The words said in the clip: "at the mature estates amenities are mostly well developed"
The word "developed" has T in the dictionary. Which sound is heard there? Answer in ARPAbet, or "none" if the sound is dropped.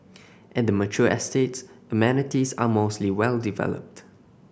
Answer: T